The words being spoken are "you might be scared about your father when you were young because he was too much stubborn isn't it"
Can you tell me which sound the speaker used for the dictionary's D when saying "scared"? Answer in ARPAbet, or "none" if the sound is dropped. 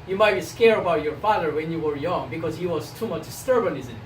none